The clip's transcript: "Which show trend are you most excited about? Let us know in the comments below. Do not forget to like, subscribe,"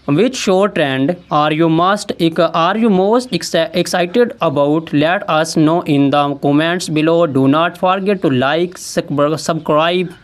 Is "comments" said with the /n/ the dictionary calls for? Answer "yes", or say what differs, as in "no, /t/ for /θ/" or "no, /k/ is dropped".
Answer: yes